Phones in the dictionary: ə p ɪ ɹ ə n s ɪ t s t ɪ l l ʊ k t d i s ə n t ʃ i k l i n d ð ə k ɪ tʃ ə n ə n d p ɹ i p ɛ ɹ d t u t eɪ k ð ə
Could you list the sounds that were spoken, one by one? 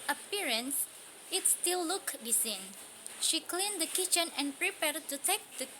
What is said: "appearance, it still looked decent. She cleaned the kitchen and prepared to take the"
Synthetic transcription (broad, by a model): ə p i ɹ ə n s ɪ t s t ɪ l l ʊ k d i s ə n ʃ i k l i n d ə k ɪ tʃ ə n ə n p ɹ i p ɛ ɹ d t u t eɪ k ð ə